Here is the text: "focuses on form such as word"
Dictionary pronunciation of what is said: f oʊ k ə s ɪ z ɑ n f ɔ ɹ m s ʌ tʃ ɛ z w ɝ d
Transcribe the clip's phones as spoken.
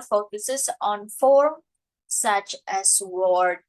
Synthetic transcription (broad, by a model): f oʊ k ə s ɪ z ɑ n f ɔ ɹ s ʌ tʃ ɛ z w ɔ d